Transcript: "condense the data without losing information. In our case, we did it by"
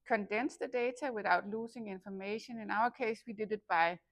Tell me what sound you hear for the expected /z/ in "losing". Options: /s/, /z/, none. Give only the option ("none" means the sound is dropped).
/s/